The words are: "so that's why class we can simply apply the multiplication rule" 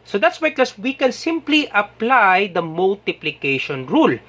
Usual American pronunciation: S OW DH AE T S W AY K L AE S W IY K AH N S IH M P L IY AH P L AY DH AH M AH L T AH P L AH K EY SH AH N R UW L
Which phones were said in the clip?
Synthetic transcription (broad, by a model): S OW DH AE T S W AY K AO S W IY K AH N S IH M P L IY AH P L AY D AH M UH L T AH P L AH K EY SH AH N R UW L